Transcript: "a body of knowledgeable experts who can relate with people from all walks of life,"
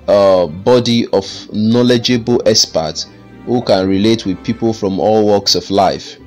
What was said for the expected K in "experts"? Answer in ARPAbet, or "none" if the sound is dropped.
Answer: none